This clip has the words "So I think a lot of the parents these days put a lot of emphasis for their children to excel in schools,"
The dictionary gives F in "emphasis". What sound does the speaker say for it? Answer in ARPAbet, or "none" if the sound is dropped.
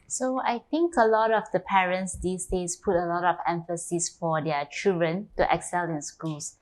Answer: F